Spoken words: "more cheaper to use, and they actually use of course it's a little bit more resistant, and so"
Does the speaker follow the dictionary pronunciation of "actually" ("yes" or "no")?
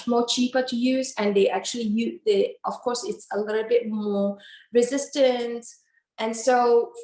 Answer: yes